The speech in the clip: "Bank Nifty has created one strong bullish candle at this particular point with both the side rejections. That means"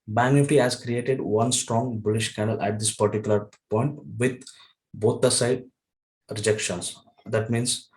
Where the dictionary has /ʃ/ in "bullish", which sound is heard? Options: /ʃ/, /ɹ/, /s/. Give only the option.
/ʃ/